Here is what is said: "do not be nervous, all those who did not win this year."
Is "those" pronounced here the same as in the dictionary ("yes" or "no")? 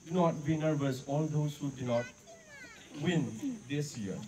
no